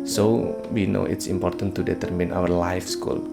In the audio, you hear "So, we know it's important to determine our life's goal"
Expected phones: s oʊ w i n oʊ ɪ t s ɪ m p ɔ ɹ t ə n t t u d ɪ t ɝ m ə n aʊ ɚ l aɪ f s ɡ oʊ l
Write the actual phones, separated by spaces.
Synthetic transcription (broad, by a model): s oʊ w i n oʊ ɪ t s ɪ m p ɔ ɹ t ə n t t u d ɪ t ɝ m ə n aʊ ɚ l aɪ f s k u l